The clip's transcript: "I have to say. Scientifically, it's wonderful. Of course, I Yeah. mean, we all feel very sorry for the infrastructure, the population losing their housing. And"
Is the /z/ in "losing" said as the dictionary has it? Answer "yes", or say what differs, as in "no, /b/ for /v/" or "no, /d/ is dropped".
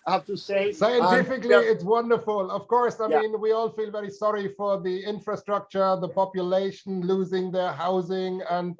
yes